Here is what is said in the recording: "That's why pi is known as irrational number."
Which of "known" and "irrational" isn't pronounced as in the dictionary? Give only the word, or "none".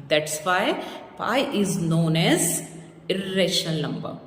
irrational